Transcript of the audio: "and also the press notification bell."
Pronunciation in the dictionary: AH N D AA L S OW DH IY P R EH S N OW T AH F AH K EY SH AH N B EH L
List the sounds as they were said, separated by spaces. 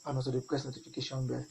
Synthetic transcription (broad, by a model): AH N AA S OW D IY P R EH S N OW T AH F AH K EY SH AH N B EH